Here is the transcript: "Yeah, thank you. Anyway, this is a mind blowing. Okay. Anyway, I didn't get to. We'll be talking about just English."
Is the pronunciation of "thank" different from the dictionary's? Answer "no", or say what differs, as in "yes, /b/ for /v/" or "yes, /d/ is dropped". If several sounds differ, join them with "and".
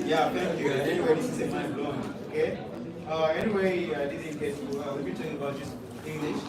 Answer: yes, /f/ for /θ/